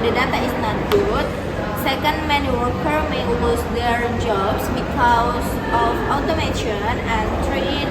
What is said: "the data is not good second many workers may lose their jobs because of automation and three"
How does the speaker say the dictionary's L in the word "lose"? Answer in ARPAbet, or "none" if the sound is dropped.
W